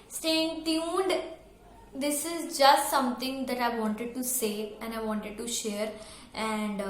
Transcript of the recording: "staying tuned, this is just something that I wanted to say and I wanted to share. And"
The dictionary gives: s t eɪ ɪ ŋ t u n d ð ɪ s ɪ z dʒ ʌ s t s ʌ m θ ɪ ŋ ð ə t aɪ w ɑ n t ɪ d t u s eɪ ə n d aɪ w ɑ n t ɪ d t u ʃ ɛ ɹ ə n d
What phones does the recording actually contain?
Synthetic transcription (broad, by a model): s t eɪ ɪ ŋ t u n d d ɪ s ɪ z dʒ ʌ s t s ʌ m t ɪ ŋ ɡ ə t aɪ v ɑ n t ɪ d t u s eɪ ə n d aɪ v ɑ n t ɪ d t u ʃ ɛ ɹ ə n d